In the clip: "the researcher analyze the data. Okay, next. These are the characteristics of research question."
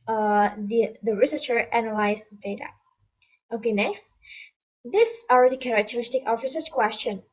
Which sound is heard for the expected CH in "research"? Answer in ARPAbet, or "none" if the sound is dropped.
S